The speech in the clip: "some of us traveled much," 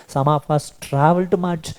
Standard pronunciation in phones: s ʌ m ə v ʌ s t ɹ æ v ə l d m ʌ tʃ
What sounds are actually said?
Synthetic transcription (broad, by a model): s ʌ m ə p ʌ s t ɹ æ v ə l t m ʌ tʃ